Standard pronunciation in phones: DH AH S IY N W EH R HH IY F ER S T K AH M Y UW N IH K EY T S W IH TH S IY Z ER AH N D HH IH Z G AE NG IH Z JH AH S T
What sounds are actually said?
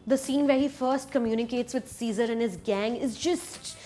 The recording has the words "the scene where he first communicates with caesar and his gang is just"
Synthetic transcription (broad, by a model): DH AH S IY N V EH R HH IY F ER S T K AH M Y UW N IH K EY T S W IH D S IY Z ER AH N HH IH Z G AE NG IH Z JH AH S T